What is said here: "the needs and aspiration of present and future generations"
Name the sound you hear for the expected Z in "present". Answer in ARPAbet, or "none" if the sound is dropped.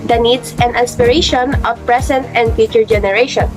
S